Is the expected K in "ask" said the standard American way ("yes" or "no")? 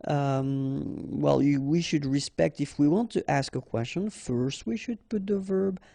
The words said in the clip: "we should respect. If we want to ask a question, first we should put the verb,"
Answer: yes